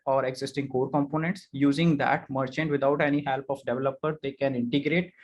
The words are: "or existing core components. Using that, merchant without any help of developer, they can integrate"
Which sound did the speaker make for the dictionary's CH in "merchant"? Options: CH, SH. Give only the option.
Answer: CH